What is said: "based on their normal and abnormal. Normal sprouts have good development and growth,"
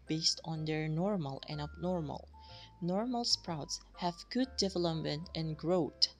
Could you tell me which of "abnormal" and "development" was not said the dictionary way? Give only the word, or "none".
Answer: none